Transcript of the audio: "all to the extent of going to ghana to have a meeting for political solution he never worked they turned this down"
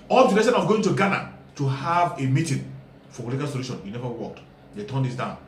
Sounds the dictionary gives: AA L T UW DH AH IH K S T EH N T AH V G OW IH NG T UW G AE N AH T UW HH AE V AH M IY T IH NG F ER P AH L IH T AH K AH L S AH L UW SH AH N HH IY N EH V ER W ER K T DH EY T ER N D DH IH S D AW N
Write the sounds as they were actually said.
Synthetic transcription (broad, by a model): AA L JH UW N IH S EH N AH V G OW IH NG T UW G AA N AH T UW HH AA V AH M IY T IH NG F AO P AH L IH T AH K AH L S AH L UW SH AH N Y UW N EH V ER W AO K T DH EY T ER N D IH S D AW N